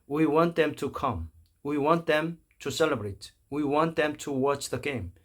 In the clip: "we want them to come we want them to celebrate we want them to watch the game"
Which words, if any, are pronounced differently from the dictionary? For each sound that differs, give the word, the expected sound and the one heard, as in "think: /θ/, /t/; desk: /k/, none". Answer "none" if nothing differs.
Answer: none